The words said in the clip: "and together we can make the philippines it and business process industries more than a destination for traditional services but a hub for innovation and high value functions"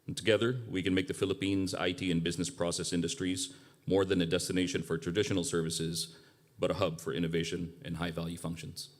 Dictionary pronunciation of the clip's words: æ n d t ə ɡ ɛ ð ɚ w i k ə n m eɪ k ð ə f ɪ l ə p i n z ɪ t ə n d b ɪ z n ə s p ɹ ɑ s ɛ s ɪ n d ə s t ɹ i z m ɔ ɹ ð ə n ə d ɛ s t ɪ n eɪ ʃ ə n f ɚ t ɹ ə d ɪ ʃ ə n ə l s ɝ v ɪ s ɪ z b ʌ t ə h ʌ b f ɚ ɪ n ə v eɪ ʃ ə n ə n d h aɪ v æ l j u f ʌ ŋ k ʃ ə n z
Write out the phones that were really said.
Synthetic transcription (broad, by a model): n t ə ɡ ɛ ð ɚ w i k ə n m eɪ k ð ə f ɪ l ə p i n z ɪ t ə n b ɪ z n ə s p ɹ ɑ s ɛ s ɪ n d ə s t ɹ i z m ɔ ɹ ð ə n ə d ɛ s t ɪ n eɪ ʃ ə n f ɚ t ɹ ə d ɪ ʃ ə n l s ɝ v ɪ s ɪ z b ʌ t ə h ʌ b f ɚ ɪ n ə v eɪ ʃ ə n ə n h aɪ v æ l j u f ʌ ŋ k ʃ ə n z